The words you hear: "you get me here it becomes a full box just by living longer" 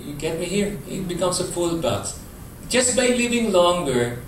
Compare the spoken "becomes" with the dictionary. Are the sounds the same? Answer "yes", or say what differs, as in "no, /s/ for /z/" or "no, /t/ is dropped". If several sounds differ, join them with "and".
no, /s/ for /z/